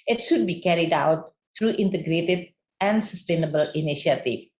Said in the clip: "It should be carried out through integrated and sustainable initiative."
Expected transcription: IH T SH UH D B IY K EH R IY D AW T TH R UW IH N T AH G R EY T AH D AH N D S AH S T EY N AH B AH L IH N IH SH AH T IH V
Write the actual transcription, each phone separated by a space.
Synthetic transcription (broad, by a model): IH T SH UH D B IY K EH R IY D AW T T R UW IH N T AH G R EY T AH D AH N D S AH S T EY N AH B AH L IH N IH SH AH T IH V